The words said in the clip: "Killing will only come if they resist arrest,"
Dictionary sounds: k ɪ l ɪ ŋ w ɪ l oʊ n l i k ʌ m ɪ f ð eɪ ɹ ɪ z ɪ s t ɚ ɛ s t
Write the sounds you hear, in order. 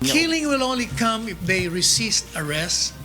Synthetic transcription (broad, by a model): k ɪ l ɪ ŋ w ɪ l oʊ n l i k ʌ m ɪ f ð eɪ ɹ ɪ s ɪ s t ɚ ɛ s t